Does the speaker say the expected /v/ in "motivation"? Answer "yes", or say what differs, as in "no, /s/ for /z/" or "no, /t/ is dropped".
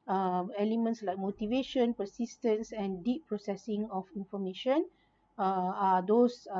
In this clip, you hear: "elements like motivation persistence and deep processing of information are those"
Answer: yes